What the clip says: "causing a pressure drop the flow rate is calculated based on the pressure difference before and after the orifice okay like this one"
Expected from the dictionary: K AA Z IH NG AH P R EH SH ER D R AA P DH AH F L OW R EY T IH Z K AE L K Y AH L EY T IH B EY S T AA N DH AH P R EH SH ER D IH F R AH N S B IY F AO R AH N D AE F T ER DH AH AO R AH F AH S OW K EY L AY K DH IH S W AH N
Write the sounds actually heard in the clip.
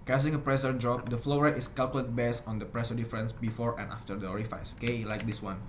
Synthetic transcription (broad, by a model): K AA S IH NG AH P R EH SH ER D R AA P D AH F L OW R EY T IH S K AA L K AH L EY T B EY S AA N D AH P R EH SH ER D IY F R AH N S B IY F AO R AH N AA F T ER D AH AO R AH F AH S OW K EY L AY K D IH S W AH N